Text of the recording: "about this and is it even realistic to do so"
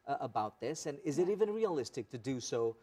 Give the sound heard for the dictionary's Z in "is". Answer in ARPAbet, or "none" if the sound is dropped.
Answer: Z